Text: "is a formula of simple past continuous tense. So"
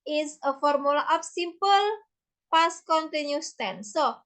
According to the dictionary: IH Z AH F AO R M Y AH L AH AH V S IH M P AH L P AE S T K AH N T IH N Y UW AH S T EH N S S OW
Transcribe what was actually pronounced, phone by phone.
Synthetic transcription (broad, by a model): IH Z AH F AO R M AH L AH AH P S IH M P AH L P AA S K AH N T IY N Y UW S T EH N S S OW